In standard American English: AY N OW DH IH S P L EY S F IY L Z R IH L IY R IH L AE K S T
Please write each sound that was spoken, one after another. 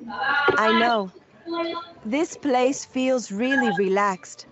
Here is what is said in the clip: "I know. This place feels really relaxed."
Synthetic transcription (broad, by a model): AY N OW DH IH S P L EY S F IY L Z R IH L IY R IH L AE K S T